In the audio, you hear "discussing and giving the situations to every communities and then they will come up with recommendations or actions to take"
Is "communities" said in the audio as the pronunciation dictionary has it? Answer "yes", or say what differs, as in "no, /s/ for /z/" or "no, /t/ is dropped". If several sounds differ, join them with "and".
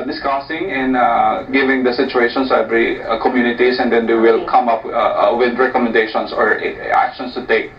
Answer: no, /s/ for /z/